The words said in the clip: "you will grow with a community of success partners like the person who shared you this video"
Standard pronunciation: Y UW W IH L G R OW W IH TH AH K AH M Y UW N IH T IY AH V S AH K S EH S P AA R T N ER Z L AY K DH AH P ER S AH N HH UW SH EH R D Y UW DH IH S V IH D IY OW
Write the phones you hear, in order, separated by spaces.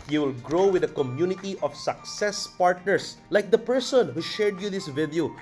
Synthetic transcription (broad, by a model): Y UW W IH L G R OW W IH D AH K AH M Y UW N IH T IY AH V S AH K S EH S P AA R T N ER S L AY K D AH P ER S AH N HH UW SH EH R D Y UW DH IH S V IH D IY